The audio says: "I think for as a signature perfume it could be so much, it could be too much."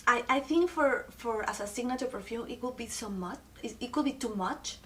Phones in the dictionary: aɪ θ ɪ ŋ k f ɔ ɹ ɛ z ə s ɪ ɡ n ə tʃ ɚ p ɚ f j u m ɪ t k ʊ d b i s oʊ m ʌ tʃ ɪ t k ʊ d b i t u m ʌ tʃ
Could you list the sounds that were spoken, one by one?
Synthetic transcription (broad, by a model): aɪ θ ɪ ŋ k f ɔ ɹ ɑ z ə s ɪ ɡ n ə tʃ ɚ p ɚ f j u ɪ t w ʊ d b i s oʊ m ʌ tʃ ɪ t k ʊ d b i t u m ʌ tʃ